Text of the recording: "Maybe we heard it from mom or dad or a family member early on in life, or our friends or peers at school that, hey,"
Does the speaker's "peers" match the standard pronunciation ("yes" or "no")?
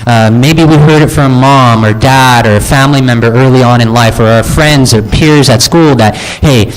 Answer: yes